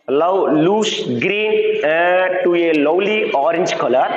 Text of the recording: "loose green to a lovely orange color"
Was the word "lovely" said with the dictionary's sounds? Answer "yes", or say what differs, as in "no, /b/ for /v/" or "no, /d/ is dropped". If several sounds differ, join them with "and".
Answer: no, /w/ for /v/